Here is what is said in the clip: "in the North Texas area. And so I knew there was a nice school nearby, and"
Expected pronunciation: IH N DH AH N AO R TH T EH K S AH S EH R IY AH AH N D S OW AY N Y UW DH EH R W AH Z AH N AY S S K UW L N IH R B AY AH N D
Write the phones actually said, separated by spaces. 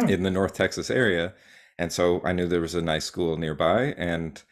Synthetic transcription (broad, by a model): IH N DH AH N AO R TH T EH K S AH S EH R IY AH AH N S OW AY N Y UW DH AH R W AH Z AH N AY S S K UW L N IH R B AY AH N